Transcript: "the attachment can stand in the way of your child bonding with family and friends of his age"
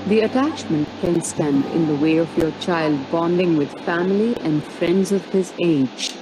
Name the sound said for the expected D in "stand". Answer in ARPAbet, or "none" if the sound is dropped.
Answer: D